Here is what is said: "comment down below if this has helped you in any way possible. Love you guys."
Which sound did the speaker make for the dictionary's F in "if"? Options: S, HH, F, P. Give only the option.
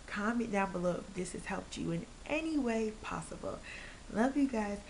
P